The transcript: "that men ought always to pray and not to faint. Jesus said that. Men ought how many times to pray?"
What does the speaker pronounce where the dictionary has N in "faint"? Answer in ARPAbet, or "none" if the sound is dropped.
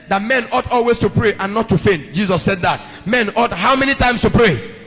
N